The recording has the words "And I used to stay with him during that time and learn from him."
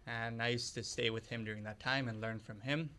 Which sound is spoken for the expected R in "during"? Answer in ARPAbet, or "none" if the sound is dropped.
R